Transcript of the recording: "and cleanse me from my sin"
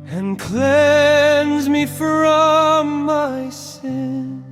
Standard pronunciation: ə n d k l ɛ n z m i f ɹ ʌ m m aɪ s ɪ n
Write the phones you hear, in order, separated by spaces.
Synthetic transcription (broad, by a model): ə n k l ɛ n z m i f ɹ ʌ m m aɪ s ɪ n